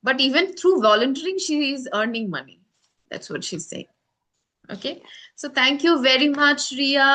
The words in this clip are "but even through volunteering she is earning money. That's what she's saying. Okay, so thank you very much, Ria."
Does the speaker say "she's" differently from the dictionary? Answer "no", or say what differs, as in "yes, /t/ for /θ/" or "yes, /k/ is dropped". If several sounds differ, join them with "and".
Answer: no